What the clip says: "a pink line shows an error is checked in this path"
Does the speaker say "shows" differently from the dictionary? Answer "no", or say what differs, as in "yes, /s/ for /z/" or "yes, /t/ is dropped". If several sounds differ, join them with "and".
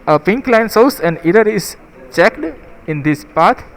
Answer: yes, /s/ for /ʃ/